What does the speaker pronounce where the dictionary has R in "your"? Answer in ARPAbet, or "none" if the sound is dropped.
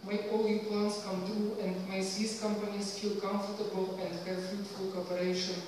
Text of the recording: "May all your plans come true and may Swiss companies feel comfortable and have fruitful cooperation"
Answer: L